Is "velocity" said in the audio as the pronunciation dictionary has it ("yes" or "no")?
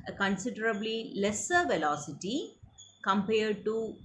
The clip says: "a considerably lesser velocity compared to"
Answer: yes